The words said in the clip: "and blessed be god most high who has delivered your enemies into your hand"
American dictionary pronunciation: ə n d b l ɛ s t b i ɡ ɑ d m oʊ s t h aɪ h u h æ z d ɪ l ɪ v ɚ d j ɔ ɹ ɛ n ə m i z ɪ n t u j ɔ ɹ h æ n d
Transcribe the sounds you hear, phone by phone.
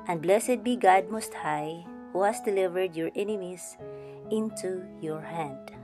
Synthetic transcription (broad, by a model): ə n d b l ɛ s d b i ɡ ɑ d m oʊ s t h aɪ h u h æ s d ɪ l ɪ v ɚ d j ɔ ɹ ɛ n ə m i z ɪ n t u j ɔ ɹ h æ n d